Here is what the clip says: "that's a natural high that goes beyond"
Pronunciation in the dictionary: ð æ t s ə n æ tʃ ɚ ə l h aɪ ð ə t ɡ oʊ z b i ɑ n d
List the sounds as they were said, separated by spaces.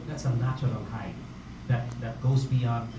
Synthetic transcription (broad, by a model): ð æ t s ə n æ tʃ ɚ ə l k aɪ ð ə t ɡ oʊ z b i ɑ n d